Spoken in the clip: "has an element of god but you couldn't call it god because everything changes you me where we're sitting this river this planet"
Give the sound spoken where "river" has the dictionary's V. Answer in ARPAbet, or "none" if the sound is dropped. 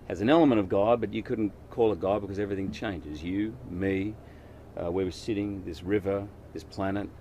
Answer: V